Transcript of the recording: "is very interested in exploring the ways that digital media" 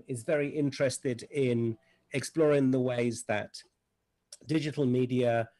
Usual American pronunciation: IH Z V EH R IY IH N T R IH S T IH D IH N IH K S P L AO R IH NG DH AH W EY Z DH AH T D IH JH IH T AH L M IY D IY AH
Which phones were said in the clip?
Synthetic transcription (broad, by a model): IH Z V EH R IY IH N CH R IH S T IH D IH N IH K S P L AO R IH NG DH AH W EY Z DH AH T D IH JH IH T AH L M IY D IY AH